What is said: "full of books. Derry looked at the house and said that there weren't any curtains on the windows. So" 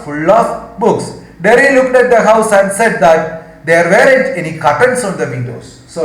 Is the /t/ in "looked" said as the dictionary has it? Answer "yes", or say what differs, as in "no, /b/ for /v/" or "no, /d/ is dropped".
yes